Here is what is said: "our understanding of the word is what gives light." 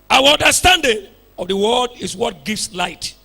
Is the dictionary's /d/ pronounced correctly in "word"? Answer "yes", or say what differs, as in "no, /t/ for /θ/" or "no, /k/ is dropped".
yes